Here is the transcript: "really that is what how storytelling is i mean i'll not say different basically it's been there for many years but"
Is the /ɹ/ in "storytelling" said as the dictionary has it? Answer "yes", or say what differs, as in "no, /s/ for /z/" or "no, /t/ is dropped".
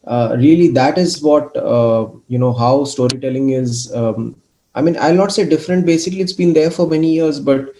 yes